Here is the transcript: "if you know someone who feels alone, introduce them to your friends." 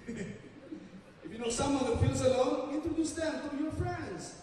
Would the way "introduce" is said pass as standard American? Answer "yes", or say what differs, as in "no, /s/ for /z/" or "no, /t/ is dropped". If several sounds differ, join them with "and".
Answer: no, /ɹ/ is dropped